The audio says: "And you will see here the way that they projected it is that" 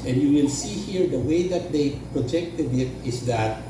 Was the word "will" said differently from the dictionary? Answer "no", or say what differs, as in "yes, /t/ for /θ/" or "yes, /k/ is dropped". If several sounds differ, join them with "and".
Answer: yes, /n/ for /l/